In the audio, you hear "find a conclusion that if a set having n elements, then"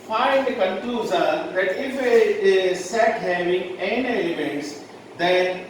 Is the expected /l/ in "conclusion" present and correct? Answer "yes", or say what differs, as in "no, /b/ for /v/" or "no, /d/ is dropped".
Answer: no, /l/ is dropped